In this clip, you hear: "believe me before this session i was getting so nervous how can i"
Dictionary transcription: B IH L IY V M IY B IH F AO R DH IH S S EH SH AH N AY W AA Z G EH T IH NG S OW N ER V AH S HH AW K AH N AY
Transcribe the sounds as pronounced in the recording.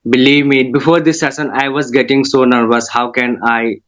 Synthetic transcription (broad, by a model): B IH L IY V M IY B IH F AO R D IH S S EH S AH N AY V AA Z G EH T IH NG S OW N ER V AH S HH AW K AH N AY